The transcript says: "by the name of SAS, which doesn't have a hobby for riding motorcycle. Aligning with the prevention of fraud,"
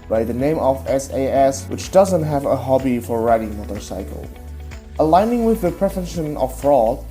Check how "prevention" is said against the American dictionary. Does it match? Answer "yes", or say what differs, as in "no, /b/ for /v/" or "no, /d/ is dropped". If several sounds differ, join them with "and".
no, /f/ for /v/ and /n/ is dropped